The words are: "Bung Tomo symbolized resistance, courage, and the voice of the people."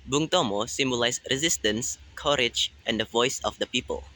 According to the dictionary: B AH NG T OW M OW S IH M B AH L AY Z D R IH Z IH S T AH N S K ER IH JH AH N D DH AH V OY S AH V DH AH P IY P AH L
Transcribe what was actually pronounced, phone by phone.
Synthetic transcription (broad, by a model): B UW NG T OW M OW S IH M B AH L AY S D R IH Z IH S T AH N S K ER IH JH AH N D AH V OY S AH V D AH P IY P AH L